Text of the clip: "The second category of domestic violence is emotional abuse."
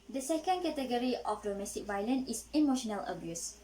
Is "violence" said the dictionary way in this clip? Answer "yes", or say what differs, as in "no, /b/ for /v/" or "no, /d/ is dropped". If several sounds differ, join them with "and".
no, /s/ is dropped